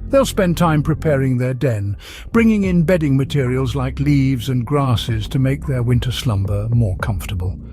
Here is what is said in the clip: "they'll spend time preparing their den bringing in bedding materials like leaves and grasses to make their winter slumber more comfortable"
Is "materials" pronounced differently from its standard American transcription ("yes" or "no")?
no